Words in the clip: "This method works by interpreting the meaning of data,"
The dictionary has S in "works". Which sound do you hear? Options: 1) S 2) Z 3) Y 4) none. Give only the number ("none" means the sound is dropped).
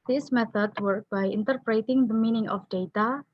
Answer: 4